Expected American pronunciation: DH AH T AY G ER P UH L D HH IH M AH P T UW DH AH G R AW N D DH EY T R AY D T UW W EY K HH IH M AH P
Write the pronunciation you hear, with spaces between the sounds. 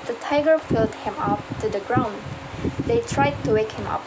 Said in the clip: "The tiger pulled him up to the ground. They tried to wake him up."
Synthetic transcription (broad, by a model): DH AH T AY G ER F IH L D HH IH M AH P T UW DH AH G R AW N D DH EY T R AY D T UW W EY K HH IH M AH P